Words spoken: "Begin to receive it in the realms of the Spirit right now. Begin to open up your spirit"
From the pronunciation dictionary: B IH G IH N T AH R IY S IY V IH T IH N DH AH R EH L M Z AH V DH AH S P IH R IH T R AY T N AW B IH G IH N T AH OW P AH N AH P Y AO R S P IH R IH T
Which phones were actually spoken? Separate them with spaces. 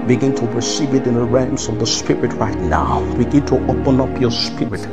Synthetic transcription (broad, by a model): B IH G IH N T AH R IY S IY V IH T IH N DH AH R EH M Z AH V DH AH S P IH R IH T R AY T N AW B IH G IH N T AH OW P AH N AH P Y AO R S P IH R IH T